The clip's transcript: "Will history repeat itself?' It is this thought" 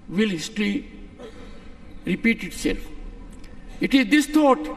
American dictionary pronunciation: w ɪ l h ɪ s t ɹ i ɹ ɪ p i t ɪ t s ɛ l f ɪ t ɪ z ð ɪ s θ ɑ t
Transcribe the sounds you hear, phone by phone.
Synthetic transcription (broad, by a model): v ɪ l h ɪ s t l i ɹ ɪ p i t ɪ t s ɛ l f ɪ t ɪ z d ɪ s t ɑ t